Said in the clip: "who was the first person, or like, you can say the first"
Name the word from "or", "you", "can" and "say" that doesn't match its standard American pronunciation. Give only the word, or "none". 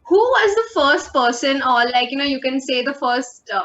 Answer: or